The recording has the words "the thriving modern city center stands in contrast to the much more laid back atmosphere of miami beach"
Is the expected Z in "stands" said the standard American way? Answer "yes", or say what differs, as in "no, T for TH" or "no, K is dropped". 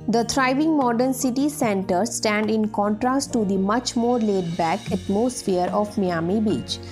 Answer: no, Z is dropped